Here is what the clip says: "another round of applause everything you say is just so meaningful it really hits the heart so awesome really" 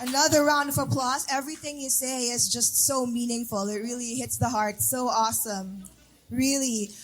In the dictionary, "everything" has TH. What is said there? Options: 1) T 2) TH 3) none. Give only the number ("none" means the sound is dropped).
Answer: 2